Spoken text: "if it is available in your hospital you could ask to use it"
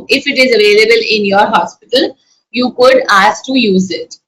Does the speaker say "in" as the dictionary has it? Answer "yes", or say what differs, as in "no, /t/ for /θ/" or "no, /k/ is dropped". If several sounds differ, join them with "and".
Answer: yes